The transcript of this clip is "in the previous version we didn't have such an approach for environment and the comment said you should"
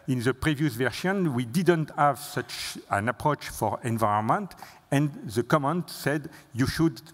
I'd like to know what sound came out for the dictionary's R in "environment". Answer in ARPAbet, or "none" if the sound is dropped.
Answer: none